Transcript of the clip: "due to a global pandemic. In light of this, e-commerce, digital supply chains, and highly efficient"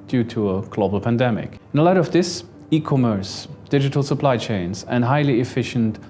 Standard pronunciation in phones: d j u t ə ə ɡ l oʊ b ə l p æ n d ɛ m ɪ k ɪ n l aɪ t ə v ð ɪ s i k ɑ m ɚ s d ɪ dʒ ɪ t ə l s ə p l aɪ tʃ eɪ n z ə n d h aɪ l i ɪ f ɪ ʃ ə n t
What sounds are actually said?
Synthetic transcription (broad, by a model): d j u t ə ə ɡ l oʊ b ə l p æ n d ɛ m ɪ k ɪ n l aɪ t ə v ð ɪ s i k ɑ m ɚ s d ɪ dʒ ɪ t ə l s ə p l aɪ tʃ eɪ n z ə n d h aɪ l i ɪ f ɪ ʃ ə n t